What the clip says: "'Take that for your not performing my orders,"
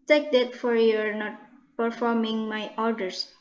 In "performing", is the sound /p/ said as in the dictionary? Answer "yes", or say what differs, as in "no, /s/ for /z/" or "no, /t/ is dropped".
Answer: yes